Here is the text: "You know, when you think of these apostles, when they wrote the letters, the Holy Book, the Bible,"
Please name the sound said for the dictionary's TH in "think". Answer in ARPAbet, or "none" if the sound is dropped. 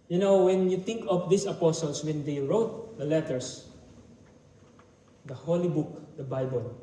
T